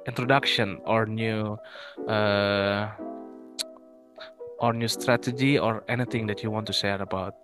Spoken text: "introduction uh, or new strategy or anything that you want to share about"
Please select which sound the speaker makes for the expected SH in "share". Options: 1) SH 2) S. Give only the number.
2